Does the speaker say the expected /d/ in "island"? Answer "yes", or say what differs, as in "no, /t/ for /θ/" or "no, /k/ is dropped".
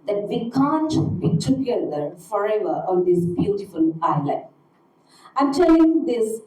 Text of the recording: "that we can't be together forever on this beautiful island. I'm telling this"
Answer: no, /d/ is dropped